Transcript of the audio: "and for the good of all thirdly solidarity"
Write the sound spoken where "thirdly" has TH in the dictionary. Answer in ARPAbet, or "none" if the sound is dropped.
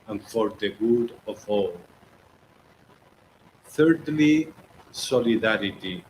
TH